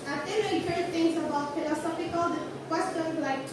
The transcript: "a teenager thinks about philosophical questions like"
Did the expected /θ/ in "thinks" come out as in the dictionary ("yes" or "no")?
no